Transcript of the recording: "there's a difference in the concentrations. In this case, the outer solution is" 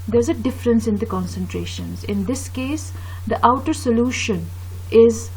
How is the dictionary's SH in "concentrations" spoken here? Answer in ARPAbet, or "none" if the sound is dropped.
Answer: SH